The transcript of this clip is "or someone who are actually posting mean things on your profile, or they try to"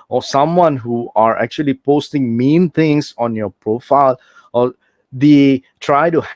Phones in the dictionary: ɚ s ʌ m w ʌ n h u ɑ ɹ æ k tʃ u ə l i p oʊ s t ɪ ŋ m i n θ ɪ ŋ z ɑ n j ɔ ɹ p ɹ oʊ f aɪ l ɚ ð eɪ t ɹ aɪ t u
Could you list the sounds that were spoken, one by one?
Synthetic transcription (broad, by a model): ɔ s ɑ m w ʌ n h u ɑ ɹ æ k tʃ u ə l i p oʊ s t ɪ ŋ m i n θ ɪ ŋ s ɑ n j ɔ p ɹ oʊ f aɪ l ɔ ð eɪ t ɹ aɪ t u